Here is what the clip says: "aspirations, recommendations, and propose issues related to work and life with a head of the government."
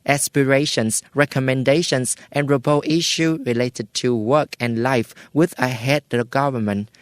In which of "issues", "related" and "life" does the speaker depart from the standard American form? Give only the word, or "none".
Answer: issues